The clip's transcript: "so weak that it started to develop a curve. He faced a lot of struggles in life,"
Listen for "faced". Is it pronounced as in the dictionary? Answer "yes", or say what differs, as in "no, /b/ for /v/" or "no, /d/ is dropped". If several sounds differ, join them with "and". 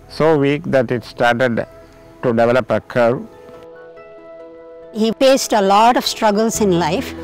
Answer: no, /p/ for /f/